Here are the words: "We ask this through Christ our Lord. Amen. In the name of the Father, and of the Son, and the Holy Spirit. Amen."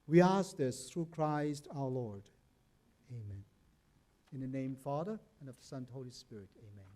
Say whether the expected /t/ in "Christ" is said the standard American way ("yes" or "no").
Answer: yes